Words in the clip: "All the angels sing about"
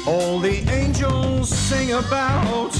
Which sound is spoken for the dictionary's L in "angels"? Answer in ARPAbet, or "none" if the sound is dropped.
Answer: L